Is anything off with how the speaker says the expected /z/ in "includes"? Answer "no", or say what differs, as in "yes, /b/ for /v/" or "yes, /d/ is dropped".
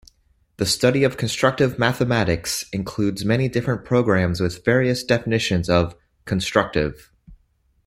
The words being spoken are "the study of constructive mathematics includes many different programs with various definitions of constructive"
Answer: no